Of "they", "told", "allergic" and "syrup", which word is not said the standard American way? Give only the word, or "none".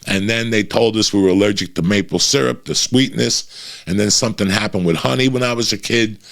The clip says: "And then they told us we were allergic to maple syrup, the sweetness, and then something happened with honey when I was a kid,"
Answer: none